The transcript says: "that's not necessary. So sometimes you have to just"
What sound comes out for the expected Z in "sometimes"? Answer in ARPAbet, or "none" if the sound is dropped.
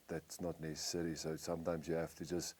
Z